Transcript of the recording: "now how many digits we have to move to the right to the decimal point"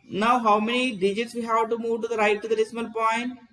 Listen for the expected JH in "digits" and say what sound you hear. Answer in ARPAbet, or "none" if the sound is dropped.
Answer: JH